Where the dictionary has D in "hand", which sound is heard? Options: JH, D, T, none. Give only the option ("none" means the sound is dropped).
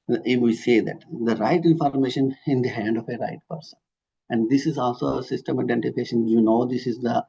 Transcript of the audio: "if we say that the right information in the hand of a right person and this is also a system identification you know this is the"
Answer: D